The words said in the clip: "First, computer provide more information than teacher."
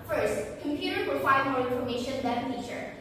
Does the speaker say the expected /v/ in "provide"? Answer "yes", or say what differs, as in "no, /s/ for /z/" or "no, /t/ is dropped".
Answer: no, /f/ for /v/